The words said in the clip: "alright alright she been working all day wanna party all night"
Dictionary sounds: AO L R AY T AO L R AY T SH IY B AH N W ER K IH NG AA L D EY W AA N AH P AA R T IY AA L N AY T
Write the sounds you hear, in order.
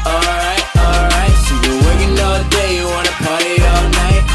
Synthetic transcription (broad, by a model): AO L R AY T AO L R AY T S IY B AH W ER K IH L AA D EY W AA N AH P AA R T AA L N AY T